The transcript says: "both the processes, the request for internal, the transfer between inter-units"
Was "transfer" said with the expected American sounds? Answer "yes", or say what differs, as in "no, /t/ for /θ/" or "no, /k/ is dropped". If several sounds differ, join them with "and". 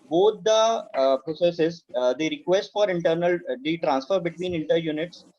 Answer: yes